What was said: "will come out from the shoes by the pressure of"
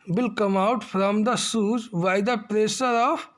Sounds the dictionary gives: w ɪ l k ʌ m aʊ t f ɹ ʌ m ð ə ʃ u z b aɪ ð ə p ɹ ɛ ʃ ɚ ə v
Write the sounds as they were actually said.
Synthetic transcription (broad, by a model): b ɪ l k ʌ m aʊ t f ɹ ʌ m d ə s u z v aɪ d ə p ɹ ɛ s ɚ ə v